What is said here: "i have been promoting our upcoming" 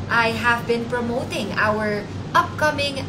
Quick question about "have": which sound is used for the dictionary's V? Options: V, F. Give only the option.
V